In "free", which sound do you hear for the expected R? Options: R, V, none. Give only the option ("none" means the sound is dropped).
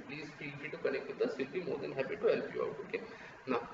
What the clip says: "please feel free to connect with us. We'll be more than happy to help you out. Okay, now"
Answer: none